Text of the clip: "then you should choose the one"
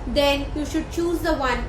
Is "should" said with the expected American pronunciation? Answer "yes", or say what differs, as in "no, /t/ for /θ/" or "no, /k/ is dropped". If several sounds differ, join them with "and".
yes